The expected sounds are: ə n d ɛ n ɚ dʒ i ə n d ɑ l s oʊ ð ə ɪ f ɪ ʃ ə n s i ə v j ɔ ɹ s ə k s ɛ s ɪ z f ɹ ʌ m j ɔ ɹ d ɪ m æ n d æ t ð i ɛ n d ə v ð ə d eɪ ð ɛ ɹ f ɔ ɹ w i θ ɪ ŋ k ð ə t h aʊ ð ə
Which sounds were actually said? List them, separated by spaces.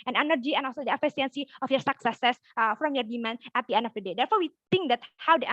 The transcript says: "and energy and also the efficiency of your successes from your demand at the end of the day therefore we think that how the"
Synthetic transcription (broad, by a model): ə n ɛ n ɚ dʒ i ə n ɑ l s oʊ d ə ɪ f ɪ s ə n s i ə f j ɔ ɹ s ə k s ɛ s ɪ s f ɹ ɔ m j ɔ ɹ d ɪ m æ n æ t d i ɛ n d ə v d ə d eɪ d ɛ ɹ f ɔ ɹ w i t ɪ ŋ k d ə t h aʊ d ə